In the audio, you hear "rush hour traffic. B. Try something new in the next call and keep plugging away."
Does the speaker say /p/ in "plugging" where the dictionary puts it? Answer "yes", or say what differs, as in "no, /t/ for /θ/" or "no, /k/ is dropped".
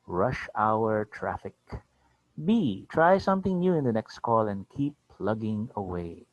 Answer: yes